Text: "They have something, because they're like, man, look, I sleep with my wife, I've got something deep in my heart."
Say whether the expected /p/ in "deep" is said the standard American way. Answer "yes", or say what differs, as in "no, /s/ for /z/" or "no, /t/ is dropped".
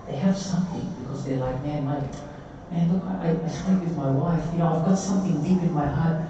yes